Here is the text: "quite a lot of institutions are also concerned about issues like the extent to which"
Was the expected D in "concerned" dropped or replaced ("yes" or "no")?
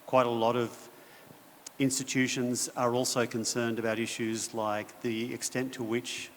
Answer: no